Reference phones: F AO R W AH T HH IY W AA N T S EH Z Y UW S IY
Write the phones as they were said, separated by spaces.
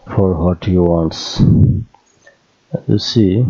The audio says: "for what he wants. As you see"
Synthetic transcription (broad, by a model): F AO R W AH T HH IY W AA N T S Y UW S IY